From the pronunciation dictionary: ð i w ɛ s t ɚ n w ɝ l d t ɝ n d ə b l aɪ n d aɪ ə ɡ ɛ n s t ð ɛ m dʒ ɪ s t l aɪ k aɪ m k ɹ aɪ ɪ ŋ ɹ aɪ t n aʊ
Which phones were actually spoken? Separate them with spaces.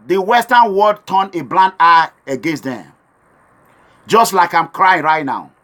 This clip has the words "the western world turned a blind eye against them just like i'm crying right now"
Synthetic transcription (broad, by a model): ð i w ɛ s t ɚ n w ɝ d t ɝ n ə b l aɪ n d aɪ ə ɡ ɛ n s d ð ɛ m dʒ ɪ s t l aɪ k aɪ m k ɹ aɪ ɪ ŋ ɹ aɪ t n aʊ